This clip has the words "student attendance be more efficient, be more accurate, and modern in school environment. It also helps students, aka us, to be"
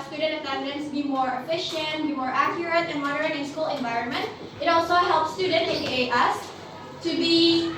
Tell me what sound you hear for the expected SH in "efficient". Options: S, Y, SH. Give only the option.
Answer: SH